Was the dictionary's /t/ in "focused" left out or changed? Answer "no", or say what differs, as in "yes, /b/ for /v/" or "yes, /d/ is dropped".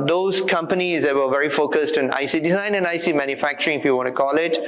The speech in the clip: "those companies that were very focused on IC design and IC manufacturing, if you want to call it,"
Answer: no